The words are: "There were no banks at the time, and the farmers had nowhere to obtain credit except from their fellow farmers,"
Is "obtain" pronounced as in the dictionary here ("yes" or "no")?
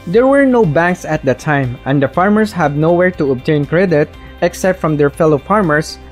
yes